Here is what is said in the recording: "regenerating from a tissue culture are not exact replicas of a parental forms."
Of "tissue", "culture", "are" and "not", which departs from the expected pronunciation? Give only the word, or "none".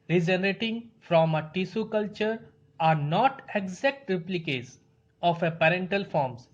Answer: tissue